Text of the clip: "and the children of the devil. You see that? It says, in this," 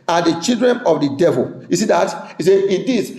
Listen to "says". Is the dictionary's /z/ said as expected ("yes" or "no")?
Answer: no